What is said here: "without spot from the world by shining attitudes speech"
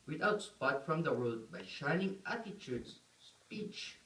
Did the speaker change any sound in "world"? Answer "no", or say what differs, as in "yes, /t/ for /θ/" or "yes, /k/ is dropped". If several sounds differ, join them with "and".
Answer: yes, /l/ is dropped